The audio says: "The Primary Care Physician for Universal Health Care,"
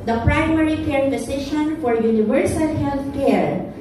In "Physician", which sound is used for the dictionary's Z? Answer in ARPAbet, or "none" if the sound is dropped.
S